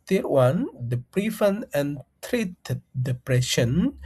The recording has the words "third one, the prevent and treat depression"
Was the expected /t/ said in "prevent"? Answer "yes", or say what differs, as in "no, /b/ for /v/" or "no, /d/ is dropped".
no, /t/ is dropped